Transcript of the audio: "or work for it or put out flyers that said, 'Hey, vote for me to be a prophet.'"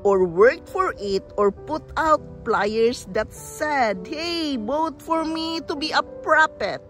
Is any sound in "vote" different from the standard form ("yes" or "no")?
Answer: yes